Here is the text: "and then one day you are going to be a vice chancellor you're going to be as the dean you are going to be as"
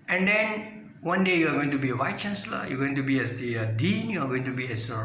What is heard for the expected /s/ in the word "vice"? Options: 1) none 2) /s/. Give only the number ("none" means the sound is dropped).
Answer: 1